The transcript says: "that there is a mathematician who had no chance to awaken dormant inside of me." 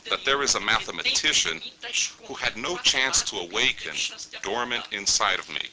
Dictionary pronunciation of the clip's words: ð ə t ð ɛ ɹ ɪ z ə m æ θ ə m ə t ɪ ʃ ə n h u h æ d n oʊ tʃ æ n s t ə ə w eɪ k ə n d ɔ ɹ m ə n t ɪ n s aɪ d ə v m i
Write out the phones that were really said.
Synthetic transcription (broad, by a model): ð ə t ð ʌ ɹ ɪ z ə m æ θ ə m ə t ɪ ʃ ə n h u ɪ d n oʊ tʃ æ n s t ə ə w eɪ k ə n d ɔ ɹ m ə n t ɪ n s aɪ d ə v m i